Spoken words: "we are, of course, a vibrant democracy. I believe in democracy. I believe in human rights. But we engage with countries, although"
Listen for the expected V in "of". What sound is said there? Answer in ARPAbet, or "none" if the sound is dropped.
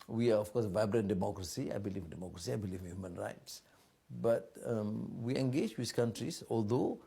F